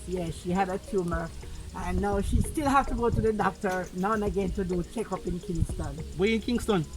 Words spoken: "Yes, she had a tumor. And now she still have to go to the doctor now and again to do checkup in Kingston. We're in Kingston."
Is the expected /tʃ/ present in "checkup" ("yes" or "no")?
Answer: yes